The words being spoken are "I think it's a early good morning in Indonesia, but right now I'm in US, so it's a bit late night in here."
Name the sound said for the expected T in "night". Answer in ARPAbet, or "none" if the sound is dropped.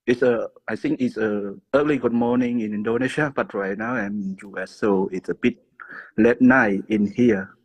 none